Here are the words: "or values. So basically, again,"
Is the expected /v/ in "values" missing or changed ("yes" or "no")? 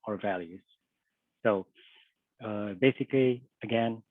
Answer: no